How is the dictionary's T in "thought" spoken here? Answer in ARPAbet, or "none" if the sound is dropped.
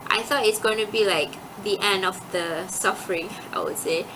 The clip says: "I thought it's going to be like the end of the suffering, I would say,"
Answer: none